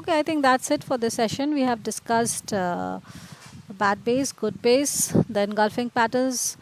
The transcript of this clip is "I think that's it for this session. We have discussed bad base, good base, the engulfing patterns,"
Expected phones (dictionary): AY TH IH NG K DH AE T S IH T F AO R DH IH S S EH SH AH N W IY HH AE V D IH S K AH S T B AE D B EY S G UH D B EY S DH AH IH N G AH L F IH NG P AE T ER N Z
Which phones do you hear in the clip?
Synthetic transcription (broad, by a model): AY T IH NG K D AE T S IH T F AO R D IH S S EH SH AH N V IY HH AE V D IH S K AH S T B AE D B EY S G UH D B EY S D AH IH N G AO L F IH NG P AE T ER N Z